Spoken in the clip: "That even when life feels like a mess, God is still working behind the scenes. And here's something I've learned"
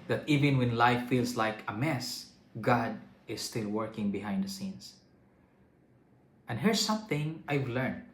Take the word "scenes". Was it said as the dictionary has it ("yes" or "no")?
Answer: no